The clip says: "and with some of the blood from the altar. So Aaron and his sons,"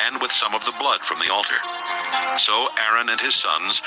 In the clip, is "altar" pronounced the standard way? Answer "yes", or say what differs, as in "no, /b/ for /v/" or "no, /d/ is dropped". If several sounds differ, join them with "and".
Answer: yes